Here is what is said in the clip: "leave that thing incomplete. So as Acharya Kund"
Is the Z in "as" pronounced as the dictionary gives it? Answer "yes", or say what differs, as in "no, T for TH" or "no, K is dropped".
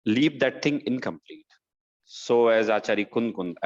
yes